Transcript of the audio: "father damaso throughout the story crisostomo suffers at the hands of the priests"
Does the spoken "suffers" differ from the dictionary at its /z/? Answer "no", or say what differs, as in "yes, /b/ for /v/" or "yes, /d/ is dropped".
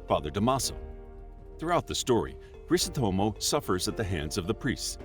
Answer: no